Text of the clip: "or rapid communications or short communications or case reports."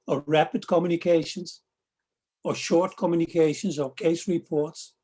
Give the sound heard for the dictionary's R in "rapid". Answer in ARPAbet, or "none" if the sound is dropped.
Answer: R